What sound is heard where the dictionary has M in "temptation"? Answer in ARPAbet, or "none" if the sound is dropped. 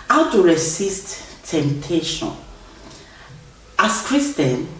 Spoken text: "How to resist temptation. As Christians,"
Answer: M